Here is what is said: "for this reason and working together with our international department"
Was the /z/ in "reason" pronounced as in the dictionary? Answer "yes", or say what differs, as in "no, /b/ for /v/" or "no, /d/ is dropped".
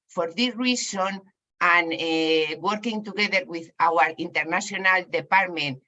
no, /s/ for /z/